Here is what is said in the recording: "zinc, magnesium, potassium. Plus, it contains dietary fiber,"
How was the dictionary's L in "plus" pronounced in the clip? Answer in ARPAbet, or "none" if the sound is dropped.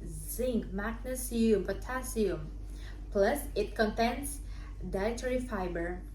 L